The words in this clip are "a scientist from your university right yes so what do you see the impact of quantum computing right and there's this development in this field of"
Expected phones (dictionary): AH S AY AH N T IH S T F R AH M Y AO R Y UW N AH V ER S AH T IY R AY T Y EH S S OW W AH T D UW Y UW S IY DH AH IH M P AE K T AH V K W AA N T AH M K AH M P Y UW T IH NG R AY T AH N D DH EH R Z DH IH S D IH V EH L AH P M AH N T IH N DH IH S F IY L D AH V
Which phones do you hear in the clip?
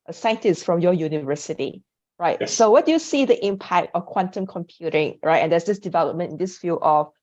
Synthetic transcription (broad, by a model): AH S AY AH N T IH S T F R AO M Y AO Y UW N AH V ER S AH T IY R AY T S S OW W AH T D UW Y UW S IY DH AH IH M P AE K T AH F K W AA N T AH M K AH M P Y UW T IH NG R AY T AH N D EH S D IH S D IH V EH L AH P M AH N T IH N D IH S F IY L AH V